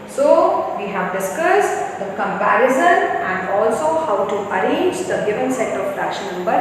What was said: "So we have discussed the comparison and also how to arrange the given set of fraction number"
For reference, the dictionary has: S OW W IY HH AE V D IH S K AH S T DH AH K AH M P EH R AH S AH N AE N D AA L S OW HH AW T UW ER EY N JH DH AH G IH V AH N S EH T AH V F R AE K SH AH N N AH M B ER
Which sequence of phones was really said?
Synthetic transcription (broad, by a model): S OW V IY HH AE V D IH S K AH S T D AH K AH M P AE R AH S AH N AE N D AA L S OW HH AW T UW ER EY N JH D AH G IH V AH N S EH T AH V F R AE SH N N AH M B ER